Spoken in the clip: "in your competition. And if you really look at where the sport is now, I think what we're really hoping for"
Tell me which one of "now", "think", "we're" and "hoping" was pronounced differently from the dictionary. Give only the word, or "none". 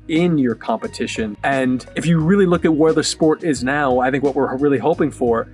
none